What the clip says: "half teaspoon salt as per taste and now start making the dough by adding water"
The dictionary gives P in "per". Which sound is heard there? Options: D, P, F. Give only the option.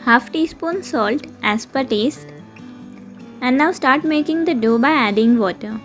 P